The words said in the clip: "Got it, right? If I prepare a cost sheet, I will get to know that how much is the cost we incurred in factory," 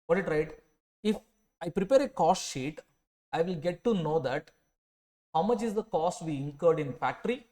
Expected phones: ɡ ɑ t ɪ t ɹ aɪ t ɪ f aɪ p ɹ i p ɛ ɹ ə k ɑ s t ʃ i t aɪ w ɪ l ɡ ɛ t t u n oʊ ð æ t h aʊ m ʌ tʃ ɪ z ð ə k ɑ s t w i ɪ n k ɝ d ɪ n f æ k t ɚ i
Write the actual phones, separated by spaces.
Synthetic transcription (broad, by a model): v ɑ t ɪ t ɹ aɪ t ɪ f aɪ p ɹ i p ɛ ɹ ə k ɑ s t ʃ i t aɪ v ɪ l ɡ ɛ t t u n oʊ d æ t h aʊ m ʌ tʃ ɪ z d ə k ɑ s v i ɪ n k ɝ d ɪ n f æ k t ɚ i